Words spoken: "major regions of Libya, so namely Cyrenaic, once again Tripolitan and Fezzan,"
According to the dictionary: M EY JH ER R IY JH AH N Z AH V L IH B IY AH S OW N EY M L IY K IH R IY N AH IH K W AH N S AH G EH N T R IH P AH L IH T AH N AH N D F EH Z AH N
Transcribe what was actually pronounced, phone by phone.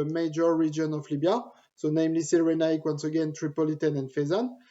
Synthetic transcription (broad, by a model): M EY JH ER R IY JH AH N AH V L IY B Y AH S OW N EY M L IY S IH R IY N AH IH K W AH N S AH G EH N T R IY P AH L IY T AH N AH N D F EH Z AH N